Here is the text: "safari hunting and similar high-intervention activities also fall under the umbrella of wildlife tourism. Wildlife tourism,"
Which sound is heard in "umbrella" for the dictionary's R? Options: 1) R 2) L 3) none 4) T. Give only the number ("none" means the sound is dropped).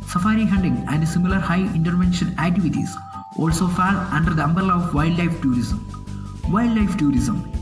3